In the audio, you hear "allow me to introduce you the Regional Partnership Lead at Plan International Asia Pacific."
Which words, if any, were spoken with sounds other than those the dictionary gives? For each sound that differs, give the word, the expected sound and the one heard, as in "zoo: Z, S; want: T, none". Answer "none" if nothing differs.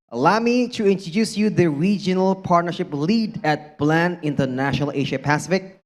plan: P, B